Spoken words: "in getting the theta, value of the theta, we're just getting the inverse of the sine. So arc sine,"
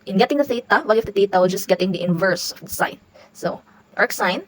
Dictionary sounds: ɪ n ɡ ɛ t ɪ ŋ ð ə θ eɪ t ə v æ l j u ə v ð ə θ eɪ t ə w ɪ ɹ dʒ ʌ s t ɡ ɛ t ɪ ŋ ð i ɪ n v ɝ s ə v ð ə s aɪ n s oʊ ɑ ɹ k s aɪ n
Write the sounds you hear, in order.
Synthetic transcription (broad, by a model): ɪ n ɡ ɛ t ɪ ŋ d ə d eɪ t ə w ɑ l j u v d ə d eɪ t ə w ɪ l dʒ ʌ s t ɡ ɛ t ɪ ŋ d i ɪ n v ɝ s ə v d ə s aɪ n s oʊ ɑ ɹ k s aɪ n